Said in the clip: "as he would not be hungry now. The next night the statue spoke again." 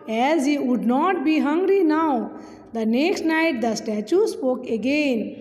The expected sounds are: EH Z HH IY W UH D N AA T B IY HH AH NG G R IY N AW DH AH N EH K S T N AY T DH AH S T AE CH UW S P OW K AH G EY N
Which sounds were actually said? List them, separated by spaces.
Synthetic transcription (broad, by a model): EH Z HH IY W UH D N AA T B IY HH AH NG G R IY N AW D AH N EH K S T N AY T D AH S T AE CH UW S P OW K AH G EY N